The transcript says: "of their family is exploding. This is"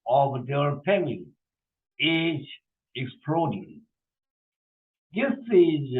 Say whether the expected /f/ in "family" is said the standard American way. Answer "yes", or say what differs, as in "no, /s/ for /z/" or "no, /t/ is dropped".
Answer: no, /p/ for /f/